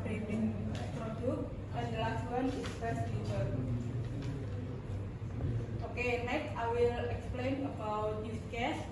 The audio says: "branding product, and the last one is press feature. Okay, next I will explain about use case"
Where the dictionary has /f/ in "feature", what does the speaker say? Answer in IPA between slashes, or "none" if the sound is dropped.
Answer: /p/